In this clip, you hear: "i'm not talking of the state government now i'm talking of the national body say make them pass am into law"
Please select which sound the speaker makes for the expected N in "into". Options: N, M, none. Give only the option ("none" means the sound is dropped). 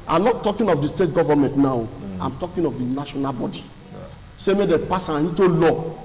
none